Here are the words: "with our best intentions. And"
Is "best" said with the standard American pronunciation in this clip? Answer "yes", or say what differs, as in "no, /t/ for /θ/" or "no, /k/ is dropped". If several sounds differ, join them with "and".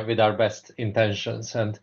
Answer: yes